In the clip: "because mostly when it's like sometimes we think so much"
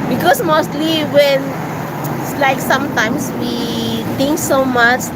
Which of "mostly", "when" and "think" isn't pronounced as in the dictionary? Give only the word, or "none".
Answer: think